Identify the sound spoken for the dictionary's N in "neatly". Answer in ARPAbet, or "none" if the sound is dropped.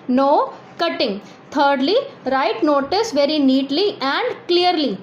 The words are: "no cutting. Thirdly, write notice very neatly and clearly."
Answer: N